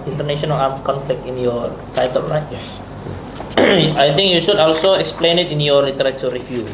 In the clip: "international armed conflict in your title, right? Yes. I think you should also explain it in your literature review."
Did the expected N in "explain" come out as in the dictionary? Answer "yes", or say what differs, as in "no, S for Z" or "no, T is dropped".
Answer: yes